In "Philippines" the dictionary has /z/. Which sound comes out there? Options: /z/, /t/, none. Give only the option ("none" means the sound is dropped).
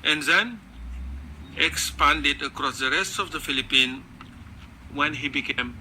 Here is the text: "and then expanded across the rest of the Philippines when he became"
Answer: none